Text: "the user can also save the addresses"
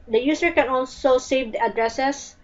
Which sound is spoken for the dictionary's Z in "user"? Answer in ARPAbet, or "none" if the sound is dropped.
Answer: S